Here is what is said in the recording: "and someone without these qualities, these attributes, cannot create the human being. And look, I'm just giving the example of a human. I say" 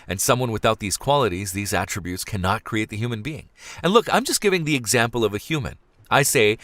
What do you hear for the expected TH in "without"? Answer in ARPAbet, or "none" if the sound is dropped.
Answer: TH